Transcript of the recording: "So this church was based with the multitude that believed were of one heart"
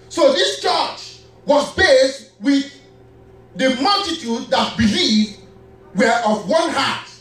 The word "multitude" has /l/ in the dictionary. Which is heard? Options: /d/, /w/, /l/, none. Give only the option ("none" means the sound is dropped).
/l/